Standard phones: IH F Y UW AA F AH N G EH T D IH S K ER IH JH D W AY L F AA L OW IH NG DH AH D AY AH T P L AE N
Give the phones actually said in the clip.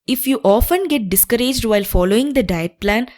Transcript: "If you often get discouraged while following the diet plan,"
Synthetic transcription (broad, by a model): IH F Y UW AA F AH N G EH T D IH S K ER IH JH D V AY L F AA L OW IH NG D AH D AY AH T P L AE N